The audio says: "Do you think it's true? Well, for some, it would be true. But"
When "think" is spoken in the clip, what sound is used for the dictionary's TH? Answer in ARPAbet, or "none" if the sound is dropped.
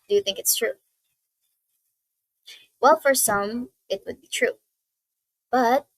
TH